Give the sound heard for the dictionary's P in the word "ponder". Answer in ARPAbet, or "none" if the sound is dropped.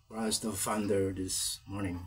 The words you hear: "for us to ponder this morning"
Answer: F